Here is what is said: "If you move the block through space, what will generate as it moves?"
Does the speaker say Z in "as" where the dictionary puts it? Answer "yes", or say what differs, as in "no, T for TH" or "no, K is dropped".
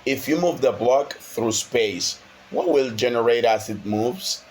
no, S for Z